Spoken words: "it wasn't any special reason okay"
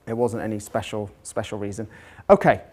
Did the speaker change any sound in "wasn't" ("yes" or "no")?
no